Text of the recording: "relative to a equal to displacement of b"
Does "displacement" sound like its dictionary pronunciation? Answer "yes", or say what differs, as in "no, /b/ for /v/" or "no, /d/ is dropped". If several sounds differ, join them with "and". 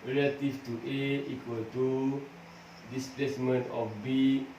yes